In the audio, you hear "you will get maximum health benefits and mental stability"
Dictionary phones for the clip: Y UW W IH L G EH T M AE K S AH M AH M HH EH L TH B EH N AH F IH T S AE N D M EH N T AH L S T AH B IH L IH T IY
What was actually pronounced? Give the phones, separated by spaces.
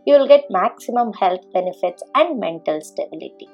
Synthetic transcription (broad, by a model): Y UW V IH L G EH T M AE K S AH M AH M HH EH L T B EH N AH F IH T S AE N D M EH N T AH L S T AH B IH L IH T IY